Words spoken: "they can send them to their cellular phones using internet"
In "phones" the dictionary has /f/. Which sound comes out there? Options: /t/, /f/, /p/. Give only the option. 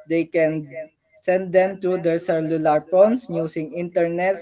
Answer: /p/